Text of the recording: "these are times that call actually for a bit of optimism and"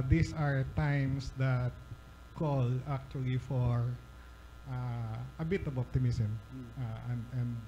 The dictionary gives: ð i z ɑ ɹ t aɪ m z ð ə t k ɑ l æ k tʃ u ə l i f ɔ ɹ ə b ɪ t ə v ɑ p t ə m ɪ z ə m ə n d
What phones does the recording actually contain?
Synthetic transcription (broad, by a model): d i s ɑ ɹ t aɪ m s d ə t k ɑ l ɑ k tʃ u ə l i f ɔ ɹ ə b ɪ t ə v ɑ p t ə m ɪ s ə m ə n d